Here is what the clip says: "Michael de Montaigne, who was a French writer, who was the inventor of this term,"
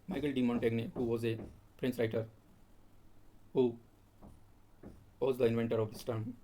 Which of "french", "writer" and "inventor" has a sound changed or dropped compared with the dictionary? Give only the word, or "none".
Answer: french